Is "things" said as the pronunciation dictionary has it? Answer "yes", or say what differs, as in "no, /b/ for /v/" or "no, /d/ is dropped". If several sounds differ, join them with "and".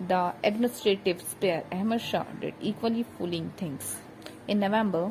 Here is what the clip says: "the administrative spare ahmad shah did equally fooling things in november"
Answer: no, /t/ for /θ/ and /s/ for /z/